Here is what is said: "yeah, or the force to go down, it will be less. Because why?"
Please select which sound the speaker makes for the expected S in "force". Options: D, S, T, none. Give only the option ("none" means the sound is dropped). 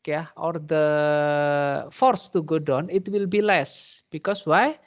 S